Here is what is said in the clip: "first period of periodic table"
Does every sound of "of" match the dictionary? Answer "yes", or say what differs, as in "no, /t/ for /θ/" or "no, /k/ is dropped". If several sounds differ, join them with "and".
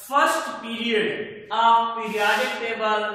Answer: no, /p/ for /v/